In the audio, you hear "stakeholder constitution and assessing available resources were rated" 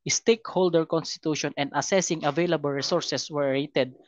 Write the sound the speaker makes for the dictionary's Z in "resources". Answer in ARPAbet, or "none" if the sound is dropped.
S